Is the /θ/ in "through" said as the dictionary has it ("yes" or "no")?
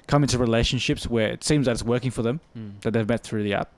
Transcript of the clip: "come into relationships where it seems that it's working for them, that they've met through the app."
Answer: yes